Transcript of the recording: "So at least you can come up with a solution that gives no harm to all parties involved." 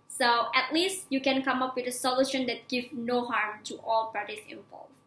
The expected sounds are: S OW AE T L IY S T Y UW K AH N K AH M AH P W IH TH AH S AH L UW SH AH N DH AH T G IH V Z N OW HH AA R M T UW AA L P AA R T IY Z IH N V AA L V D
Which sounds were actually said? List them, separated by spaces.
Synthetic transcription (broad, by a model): S OW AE T L IY S T Y UW K AH N K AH M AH P W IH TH AH S AH L UW SH AH N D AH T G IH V N OW HH AA R M T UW AA L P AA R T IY S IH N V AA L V